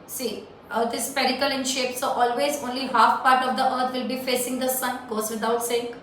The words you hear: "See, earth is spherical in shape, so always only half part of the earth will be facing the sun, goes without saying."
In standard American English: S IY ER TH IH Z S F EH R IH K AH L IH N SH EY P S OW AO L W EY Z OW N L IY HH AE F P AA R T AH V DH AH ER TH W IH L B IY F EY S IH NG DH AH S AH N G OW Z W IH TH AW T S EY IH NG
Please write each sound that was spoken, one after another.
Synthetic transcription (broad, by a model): S IY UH T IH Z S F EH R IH K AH L IH N SH EY P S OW AO L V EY Z OW N L IY HH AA F P AA R T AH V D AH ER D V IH L B IY F EY S IH NG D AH S AH N G OW Z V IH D AW T S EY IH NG